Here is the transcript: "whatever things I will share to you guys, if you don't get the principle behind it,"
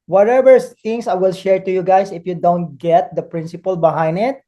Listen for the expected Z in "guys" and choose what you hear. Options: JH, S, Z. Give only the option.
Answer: S